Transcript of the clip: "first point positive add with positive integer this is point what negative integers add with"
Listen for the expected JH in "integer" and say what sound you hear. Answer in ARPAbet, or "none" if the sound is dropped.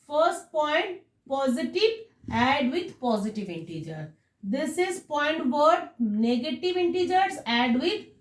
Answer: JH